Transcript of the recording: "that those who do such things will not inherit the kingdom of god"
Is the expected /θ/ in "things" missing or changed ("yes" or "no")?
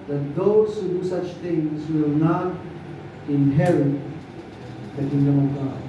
yes